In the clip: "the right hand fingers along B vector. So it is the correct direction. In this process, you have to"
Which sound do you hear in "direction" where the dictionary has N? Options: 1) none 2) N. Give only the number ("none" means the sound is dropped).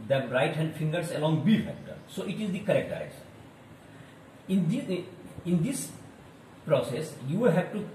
1